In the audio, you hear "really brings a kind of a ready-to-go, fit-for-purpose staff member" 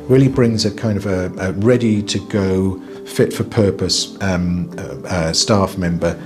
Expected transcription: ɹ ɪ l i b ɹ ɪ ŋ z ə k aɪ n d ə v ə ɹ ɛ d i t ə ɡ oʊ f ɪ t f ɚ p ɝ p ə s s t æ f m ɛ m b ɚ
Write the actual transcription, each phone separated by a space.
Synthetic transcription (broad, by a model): ɹ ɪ l i b ɹ ɪ ŋ z ə k aɪ n d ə v ə ɹ ɛ d i t ə ɡ oʊ f ɪ t f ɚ p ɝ p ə s s t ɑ f m ɛ m b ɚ